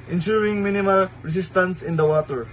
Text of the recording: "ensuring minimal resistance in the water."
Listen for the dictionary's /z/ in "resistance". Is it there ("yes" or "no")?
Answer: no